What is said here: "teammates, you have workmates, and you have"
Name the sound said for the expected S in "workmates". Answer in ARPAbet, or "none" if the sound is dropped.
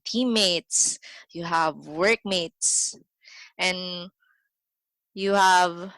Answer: S